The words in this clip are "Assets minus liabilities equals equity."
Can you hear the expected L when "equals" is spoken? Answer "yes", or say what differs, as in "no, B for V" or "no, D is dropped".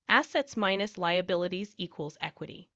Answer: yes